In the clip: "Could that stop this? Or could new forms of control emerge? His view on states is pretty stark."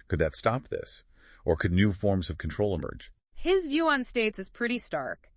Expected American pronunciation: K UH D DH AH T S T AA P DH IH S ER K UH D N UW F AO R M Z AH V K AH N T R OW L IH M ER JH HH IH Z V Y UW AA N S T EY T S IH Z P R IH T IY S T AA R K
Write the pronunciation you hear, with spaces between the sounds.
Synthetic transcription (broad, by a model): K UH D DH AH T S T AA P DH IH S ER K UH D N UW F AO R M Z AH V K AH N T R OW L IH M ER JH HH IH Z V Y UW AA N S T EY T S IH Z P R IH T IY S T AA R K